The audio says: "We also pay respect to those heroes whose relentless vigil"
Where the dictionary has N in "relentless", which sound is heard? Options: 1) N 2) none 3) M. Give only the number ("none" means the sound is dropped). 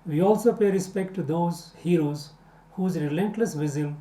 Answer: 1